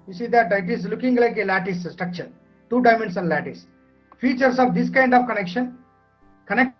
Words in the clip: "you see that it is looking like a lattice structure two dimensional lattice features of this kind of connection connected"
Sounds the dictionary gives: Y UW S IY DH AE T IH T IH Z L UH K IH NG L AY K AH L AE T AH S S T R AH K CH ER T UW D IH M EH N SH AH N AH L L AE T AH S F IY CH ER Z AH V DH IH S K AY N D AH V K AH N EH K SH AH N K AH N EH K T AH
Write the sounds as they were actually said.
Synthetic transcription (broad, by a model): Y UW S IY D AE T IH T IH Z L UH K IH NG L AY K AH L AE T AH S S T R AH K CH ER T UW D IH M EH N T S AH N L AE T AH S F IY CH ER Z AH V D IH S K AY N D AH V K AH N EH K SH AH N K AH N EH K